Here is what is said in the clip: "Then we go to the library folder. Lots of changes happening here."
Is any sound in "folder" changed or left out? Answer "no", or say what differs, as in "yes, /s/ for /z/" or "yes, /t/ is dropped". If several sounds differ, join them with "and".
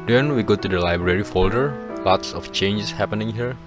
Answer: no